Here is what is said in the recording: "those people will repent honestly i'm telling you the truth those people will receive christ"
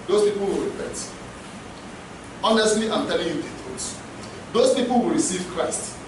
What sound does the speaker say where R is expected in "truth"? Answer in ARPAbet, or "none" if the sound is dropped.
none